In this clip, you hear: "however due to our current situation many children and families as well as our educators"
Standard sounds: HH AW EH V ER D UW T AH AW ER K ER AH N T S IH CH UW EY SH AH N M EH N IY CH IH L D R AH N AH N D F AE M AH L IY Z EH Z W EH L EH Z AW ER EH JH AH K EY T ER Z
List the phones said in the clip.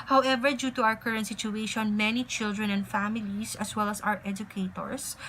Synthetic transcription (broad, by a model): HH AW EH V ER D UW T AH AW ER K ER AH N T S IH CH UW EY SH AH N M EH N IY CH IH L D R AH N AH N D F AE M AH L IY S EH S W EH L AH S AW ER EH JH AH K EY T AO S